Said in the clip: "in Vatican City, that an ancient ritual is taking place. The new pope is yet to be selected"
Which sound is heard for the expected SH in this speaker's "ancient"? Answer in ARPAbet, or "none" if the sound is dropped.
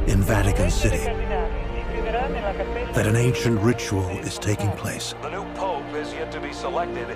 SH